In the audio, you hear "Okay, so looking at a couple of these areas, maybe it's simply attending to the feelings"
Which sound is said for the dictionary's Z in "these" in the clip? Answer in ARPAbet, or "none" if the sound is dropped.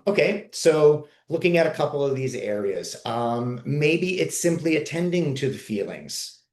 Z